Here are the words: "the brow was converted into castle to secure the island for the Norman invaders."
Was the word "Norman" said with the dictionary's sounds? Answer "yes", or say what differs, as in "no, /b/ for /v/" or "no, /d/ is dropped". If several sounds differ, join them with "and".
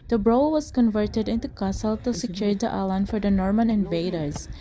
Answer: yes